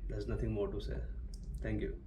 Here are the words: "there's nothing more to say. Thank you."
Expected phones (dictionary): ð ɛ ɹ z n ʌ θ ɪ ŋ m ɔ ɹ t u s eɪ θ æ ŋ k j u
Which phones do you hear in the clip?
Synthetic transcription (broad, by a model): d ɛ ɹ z n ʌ t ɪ ŋ m ɔ ɹ t u s eɪ t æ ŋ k j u